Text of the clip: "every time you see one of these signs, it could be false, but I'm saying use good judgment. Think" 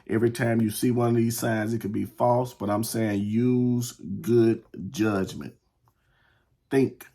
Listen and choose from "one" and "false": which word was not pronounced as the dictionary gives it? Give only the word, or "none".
none